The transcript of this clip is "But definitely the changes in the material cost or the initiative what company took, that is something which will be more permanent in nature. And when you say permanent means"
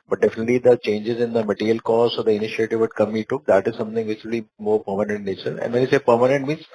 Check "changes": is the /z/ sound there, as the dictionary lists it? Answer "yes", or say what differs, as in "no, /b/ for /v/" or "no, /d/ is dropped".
yes